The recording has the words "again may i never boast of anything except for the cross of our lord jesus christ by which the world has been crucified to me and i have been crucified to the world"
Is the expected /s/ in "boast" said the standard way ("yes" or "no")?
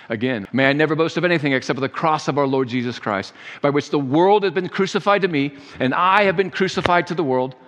yes